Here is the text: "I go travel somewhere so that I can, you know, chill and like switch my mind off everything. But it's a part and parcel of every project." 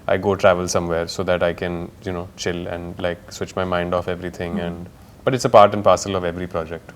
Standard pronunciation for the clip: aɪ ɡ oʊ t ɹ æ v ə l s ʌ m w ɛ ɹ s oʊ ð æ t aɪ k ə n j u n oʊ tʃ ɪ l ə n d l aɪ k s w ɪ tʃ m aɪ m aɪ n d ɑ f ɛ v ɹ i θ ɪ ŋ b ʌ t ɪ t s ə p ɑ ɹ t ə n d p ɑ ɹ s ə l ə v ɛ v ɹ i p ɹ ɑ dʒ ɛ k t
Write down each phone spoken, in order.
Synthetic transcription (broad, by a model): aɪ ɡ oʊ t ɹ æ v ə l s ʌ m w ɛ ɹ s oʊ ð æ t aɪ k ə n j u n oʊ tʃ ɪ l ə n d l aɪ k s w ɪ tʃ m aɪ m aɪ n d ɑ f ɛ v ɹ i t ɪ ŋ b ʌ t ɪ t s ə p ɑ ɹ t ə n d p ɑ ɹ s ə l ə v ɛ v ɹ i p ɹ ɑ dʒ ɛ k t